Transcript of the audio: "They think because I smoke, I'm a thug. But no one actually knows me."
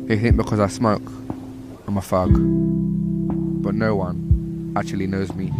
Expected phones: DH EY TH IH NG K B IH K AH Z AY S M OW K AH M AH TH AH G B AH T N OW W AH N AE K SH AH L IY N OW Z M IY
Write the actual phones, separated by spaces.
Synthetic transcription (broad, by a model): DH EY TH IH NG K B IH K AH Z AY S M OW K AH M AH F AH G B AH T N OW W AH N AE K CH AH L IY N OW Z M IY